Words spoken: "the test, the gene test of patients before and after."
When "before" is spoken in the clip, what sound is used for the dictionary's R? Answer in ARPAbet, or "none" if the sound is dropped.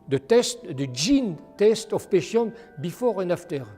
R